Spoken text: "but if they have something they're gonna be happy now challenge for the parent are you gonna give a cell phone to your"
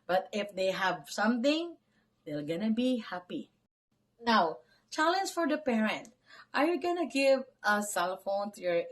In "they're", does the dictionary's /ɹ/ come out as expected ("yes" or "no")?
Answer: no